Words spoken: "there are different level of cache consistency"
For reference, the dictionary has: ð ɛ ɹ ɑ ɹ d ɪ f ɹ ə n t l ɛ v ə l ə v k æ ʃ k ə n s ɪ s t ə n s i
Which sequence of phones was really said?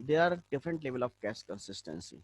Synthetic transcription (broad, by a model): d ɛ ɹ ɑ ɹ d ɪ f ɹ ə n t l ɛ v ə l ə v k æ s k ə n s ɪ s t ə n s i